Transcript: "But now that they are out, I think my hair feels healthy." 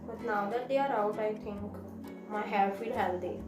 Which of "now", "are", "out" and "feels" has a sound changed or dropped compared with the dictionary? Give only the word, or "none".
feels